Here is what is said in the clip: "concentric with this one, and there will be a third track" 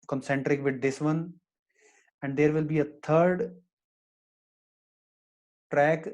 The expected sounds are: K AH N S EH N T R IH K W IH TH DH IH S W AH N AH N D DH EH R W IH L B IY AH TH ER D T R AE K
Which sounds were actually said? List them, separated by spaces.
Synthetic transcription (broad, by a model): K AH N S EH N T R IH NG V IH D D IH S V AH N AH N D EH R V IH L B IY AH T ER D T R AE K